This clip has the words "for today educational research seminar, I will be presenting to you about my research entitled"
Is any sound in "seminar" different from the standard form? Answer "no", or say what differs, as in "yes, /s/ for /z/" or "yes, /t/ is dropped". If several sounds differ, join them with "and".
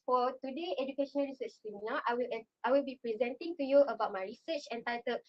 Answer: yes, /l/ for /ɹ/